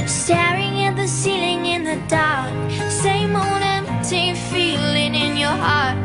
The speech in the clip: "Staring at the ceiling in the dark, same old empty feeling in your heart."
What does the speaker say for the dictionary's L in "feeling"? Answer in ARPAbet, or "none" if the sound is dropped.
L